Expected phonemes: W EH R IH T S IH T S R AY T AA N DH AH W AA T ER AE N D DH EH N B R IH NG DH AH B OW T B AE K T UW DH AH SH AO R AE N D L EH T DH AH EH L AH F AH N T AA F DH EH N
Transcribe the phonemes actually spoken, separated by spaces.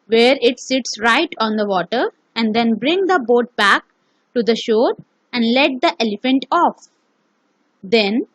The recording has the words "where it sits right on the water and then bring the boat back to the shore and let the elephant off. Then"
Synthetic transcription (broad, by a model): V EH R IH T S IH T S R AY T AA N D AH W AA T ER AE N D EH N B R IH NG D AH B OW T B AE K T UW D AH SH AO R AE N D L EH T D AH EH L AH F AH N T AA F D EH N